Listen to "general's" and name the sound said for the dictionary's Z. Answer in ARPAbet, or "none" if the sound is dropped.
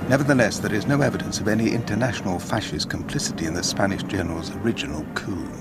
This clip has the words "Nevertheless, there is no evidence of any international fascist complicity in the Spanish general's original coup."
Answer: Z